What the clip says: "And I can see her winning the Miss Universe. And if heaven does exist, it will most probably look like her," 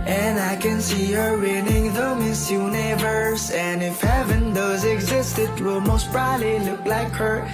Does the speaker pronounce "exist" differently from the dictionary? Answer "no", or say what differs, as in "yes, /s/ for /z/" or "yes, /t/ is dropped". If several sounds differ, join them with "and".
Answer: no